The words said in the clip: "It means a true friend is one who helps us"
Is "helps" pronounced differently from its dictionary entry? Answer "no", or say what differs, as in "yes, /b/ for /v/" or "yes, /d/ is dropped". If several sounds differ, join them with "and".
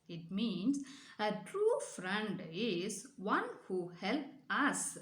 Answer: yes, /s/ is dropped